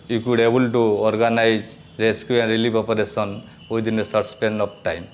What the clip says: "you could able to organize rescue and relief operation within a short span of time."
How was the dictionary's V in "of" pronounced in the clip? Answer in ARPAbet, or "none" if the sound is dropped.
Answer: P